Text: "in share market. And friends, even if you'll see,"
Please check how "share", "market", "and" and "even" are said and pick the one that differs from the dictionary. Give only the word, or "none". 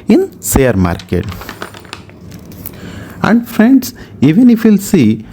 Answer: share